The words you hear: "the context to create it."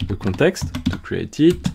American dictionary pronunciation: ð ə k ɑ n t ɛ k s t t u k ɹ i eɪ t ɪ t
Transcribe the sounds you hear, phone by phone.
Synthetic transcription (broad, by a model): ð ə k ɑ t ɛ k s t t u k ɹ i eɪ t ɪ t